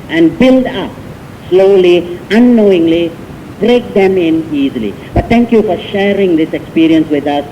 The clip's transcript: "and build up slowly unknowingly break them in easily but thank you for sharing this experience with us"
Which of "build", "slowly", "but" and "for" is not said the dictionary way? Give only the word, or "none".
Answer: none